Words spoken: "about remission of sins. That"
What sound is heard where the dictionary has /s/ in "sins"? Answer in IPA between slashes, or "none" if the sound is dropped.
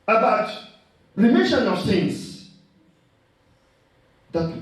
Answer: /θ/